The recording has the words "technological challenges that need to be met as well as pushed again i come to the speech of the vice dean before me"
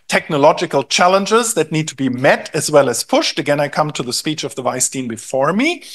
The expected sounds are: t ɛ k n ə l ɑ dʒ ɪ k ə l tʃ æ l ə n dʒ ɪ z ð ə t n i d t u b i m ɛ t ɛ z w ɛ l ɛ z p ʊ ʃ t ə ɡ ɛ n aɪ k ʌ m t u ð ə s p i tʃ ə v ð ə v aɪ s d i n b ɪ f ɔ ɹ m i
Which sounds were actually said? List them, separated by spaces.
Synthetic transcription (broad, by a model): t ɛ k n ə l ɑ dʒ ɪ k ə l tʃ æ l ə n dʒ ɪ z ð ə t n i d t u b i m ɛ t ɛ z w ɛ l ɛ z p ʊ ʃ t ə ɡ ɛ n aɪ k ʌ m t u ð ə s p i tʃ ə v ð ə v aɪ s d i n b ɪ f ɔ ɹ m i